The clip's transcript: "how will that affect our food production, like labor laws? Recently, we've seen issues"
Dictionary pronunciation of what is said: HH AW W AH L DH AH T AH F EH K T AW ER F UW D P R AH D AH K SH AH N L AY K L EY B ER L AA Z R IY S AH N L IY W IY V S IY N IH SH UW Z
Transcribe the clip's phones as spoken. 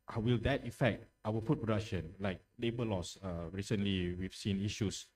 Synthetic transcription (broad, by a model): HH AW W AH L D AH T AH F EH K T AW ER P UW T P R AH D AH K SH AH N L AY K L EY B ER L AA S R IY S AH N L IY W IY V S IY N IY SH UW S